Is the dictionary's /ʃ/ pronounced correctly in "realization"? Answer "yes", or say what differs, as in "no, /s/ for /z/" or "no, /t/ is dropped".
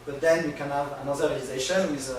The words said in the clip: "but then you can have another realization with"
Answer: yes